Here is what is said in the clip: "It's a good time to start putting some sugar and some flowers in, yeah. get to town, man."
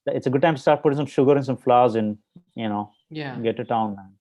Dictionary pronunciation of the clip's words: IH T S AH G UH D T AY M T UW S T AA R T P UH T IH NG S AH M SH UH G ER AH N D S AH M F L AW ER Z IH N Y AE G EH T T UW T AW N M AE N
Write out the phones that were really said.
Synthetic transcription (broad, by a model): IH T S AH G UH D T AY M T UW S T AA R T P UH T IH NG S AH M SH UH G ER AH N S AH M F L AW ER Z IH N Y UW G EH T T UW T AW N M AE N